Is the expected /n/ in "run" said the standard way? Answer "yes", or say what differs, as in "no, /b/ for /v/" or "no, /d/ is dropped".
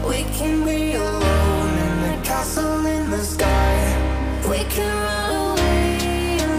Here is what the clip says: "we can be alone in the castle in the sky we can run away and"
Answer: no, /n/ is dropped